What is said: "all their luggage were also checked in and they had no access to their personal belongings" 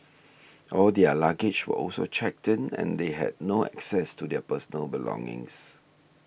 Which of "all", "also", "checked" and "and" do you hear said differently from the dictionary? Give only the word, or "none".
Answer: none